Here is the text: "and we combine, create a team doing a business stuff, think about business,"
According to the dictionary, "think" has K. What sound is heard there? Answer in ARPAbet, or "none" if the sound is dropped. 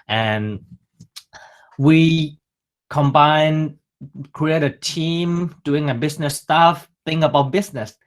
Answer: none